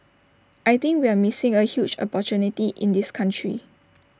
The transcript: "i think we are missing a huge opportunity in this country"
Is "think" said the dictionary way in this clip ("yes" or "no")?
no